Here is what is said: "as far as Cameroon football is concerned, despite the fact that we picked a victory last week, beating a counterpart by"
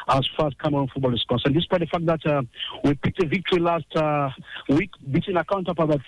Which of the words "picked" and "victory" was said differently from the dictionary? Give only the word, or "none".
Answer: none